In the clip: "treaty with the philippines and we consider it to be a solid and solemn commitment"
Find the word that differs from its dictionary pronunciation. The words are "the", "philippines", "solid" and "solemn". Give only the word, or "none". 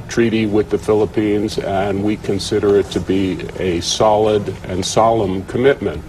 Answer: none